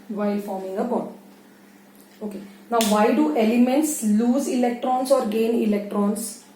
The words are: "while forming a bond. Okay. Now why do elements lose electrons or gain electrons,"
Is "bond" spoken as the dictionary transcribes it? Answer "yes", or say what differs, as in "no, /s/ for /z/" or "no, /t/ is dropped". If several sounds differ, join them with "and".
no, /n/ is dropped